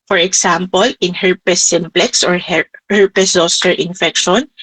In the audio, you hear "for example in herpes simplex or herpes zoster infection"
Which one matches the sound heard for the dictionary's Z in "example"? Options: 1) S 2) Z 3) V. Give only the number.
1